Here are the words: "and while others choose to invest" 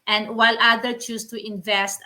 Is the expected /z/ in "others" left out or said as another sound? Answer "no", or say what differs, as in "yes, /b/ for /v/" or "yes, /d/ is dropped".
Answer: yes, /z/ is dropped